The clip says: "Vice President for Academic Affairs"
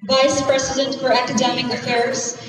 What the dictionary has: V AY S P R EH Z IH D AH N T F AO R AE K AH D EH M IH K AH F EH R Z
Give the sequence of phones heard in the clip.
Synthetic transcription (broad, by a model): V AY S P R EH S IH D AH N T F AO R AE K AH D EH M IH K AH F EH R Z